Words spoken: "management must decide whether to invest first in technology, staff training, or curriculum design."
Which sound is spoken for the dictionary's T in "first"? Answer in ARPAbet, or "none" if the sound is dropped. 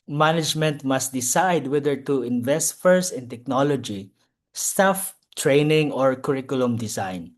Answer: none